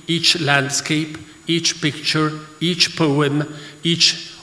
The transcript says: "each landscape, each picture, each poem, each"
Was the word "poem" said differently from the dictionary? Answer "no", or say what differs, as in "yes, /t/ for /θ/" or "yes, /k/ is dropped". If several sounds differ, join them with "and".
no